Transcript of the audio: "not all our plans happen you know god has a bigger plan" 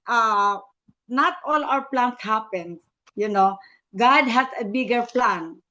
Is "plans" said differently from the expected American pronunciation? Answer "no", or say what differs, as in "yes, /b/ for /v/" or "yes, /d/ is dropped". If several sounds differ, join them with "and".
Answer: yes, /s/ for /z/